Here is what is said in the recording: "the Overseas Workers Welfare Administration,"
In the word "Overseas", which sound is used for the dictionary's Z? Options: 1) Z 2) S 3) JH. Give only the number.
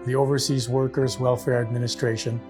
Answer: 1